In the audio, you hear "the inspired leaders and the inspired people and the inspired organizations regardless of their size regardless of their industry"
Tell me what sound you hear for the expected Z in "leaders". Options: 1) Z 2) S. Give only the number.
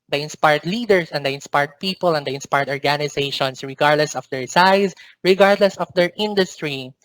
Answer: 2